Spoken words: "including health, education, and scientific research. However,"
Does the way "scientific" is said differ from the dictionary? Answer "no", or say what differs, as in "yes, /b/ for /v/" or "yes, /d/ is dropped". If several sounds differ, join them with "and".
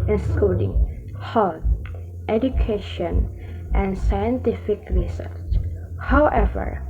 no